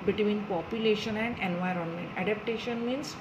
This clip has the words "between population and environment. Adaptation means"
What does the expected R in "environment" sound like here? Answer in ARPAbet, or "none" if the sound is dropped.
R